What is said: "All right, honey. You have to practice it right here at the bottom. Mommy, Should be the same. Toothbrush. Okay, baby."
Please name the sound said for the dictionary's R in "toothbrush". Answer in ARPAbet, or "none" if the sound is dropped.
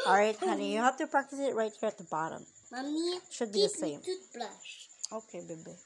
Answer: L